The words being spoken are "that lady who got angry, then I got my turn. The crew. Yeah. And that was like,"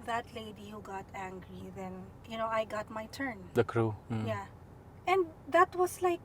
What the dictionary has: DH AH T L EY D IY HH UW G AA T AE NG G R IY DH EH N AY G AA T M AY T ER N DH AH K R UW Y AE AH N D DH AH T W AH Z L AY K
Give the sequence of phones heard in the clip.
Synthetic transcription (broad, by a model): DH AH T L EY D IY HH UW G AA T AE NG G R IY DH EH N AY G AA T M AY T ER N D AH K R UW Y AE AH N D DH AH T W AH S L AY K